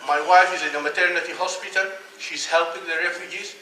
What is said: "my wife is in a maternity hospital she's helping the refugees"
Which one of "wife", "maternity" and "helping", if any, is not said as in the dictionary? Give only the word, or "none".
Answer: none